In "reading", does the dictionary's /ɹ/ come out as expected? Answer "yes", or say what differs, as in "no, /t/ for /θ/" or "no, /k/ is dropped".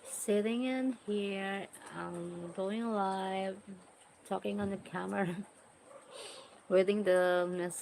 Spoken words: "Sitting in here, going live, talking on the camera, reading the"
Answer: no, /w/ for /ɹ/